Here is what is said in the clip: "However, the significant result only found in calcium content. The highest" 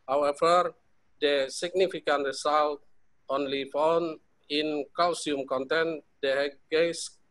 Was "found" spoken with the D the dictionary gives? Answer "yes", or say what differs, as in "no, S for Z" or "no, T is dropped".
no, D is dropped